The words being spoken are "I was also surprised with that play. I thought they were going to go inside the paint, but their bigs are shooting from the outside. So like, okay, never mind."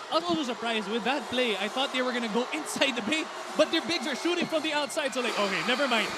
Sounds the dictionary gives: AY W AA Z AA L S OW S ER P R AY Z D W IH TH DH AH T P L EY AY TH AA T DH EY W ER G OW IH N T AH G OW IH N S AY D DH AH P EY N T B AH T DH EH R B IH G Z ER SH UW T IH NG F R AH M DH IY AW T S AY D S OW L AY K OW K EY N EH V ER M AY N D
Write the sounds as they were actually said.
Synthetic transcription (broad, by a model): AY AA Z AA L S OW S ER P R AY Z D W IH DH AH T P L EY AY TH AA T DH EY W ER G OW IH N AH G OW IH N S AY D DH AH B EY T B AH T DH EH R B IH G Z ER SH UW T IH NG F R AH M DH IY AW T S AY D S OW L AY K OW K EY N EH V ER M AY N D